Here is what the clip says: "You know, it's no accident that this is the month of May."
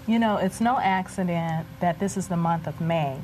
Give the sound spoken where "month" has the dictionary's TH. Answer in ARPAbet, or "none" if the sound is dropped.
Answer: TH